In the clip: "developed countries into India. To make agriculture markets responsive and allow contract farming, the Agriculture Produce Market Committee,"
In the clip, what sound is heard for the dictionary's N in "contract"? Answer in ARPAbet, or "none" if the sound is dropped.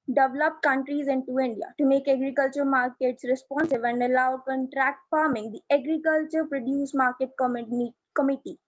N